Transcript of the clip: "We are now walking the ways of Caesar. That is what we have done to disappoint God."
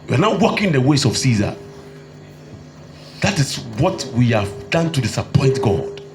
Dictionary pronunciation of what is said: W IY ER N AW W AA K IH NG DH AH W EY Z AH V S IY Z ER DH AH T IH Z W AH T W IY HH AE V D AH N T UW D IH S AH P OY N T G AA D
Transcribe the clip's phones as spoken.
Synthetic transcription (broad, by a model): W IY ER N AW W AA K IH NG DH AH W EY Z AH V S IY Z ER DH AH T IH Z W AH T W IY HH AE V D AH N T UW D IH S AH P OY N T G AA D